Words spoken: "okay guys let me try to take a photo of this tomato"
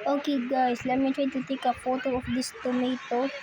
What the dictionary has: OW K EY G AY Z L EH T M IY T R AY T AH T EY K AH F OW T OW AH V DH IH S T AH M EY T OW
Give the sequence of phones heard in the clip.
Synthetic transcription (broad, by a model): OW K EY G AY S L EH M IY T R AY T AH T EY K AH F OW T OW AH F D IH S T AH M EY T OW